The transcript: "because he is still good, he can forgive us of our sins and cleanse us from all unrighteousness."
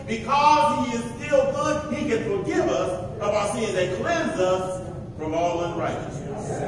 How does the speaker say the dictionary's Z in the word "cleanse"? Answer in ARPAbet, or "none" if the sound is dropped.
Z